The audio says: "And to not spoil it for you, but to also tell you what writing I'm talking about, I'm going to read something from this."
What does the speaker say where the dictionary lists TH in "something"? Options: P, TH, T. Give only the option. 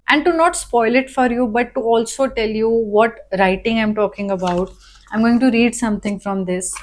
T